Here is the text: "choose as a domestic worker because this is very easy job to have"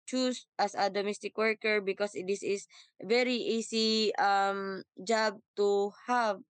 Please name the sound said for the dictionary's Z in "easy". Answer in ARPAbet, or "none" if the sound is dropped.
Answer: S